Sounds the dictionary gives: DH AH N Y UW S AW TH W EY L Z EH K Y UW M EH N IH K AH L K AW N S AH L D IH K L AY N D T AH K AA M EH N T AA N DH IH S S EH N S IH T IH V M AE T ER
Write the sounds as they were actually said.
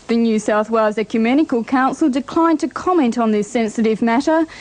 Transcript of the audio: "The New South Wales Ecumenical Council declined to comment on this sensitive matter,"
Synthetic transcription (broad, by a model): DH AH N Y UW S AW TH W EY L Z EH K Y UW M EH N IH K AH L K AW N S AH L D IH K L AY N T AH K AA M EH N T N DH IH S S EH N S IH T IH V M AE T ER